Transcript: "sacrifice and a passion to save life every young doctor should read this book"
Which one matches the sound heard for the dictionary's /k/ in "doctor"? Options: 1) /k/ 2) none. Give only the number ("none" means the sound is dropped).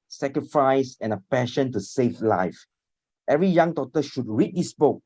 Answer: 2